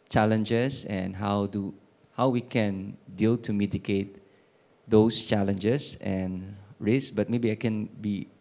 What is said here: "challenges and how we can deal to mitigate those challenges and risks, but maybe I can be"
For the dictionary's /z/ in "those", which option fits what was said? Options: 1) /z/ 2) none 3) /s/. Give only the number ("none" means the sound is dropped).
3